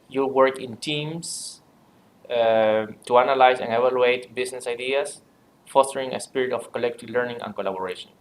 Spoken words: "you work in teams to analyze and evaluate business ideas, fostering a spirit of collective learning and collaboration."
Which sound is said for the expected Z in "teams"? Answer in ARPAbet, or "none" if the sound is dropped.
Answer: S